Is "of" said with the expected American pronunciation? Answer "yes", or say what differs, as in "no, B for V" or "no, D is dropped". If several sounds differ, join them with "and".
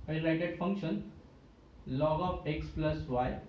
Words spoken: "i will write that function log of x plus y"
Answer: no, P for V